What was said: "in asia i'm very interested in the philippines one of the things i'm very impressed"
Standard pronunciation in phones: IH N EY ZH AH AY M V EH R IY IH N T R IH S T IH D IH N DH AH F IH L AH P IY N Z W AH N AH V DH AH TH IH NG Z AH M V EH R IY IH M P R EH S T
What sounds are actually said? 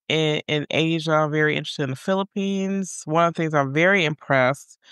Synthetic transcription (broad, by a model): IH N EY ZH AH AY M V EH R IY IH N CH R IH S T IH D IH N DH AH F IH L AH P IY N Z W AH N AH V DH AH TH IH NG Z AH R V EH R IY IH M P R EH S T